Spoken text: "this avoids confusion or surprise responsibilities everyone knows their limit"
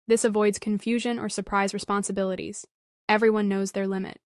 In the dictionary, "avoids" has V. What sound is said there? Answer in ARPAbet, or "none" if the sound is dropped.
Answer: V